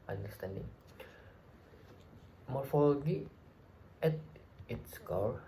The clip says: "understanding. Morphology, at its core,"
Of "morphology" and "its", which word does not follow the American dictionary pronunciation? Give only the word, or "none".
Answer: morphology